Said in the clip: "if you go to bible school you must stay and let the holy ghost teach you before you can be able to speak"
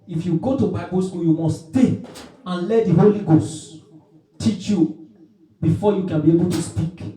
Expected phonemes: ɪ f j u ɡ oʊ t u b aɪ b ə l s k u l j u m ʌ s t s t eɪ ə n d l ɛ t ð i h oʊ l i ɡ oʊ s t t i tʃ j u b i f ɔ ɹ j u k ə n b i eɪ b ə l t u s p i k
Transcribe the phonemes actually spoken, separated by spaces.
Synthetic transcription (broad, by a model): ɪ f j u ɡ oʊ t u b aɪ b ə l s k u l j u m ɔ s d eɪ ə n l ɛ t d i h oʊ l i ɡ oʊ s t t i tʃ j u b i f ɔ j u k ə n b i eɪ b ə l t u s p i k